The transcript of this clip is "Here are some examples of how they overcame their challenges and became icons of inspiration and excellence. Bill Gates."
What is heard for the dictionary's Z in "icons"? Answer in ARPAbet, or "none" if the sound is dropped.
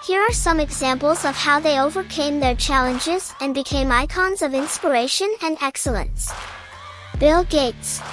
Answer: Z